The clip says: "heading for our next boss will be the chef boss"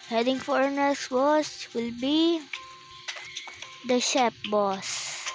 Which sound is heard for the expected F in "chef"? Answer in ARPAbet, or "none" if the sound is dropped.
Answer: P